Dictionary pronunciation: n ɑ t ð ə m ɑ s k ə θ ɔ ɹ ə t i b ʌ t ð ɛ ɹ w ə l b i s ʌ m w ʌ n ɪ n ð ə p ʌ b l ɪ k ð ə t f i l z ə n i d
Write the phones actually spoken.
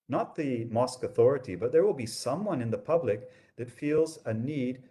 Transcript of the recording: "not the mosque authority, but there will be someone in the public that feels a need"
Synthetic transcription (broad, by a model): n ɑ t ð ə m ɑ s k ə θ ɔ ɹ ə t i b ʌ t ð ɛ ɹ w ə l b i s ʌ m w ʌ n ɪ n ð ə p ʌ b l ɪ k ð ə t f i l z ə n i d